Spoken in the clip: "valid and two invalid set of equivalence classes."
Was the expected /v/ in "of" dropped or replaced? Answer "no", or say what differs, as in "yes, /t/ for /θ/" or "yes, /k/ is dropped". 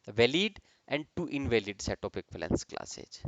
yes, /p/ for /v/